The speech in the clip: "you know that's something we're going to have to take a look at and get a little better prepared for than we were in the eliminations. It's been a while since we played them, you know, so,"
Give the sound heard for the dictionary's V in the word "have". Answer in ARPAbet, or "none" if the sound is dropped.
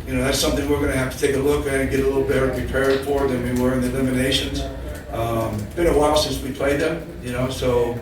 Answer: F